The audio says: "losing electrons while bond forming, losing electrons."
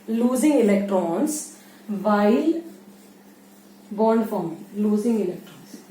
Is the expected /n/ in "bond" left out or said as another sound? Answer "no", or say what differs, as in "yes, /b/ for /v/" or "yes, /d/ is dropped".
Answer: no